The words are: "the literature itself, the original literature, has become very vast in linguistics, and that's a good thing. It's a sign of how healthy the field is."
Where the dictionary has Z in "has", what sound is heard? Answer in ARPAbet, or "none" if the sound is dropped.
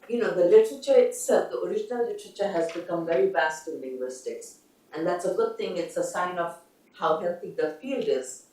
Z